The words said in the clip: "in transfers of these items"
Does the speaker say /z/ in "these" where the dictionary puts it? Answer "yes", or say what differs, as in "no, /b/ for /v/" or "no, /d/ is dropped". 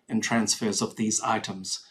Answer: yes